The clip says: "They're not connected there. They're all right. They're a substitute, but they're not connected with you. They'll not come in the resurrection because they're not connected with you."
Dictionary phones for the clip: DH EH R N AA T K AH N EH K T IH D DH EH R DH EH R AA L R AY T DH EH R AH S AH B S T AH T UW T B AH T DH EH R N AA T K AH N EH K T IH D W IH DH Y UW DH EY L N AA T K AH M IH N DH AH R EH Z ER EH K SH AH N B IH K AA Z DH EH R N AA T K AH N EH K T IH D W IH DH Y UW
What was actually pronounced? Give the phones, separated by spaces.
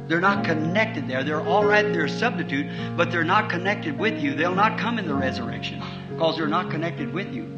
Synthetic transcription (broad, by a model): DH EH R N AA T K AH N EH K T IH D DH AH R DH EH R AA L R AY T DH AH R S AH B S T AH T UW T B AH T DH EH R N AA T K AH N EH K T IH D W IH DH Y UW DH EY L N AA T K AH M IH N DH AH R EH Z ER EH K SH AH N K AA Z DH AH R N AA T K AH N EH K T IH D W IH DH Y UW